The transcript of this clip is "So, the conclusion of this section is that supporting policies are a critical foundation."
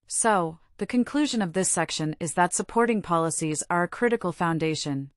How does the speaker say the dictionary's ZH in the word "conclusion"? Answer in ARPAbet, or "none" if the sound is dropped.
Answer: ZH